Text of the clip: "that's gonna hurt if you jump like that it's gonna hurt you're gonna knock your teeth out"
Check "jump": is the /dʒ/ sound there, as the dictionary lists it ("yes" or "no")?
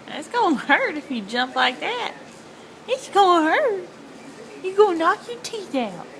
yes